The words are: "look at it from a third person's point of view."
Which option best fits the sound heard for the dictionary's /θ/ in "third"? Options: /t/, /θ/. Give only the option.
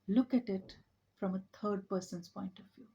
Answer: /t/